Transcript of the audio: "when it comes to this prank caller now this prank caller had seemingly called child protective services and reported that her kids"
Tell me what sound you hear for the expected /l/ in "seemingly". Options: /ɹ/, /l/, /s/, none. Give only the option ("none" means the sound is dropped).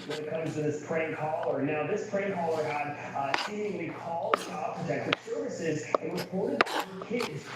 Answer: none